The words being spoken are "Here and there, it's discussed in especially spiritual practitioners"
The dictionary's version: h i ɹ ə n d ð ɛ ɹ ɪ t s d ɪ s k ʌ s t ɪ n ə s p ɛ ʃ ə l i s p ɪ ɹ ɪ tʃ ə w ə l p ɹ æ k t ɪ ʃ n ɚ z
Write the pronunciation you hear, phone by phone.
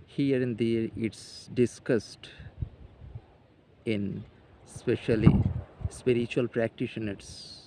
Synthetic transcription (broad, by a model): h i ɹ ə n d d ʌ ɹ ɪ t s d ɪ s k ʌ s t ɪ n s p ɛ ʃ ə l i s p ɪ ɹ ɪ tʃ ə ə l p ɹ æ k t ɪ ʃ n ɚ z